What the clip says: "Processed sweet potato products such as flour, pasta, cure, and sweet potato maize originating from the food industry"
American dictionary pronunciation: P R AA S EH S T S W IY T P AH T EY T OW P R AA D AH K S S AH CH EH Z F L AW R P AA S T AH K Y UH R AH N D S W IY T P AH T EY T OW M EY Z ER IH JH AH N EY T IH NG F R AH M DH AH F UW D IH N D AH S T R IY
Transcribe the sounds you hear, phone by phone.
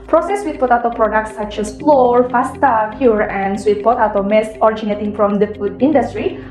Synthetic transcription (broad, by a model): P R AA S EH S S W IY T P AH T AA T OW P R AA D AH K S S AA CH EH S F L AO R F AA S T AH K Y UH R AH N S W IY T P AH T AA T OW M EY S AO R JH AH N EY T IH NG F R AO M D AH F UW D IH N D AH S T R IY